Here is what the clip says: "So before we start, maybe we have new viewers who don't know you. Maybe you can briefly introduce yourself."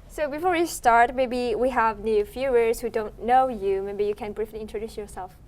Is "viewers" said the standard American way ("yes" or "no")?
no